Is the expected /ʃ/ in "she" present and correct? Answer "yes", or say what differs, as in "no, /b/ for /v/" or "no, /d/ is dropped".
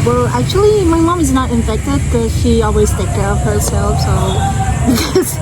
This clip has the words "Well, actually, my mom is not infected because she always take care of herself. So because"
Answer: yes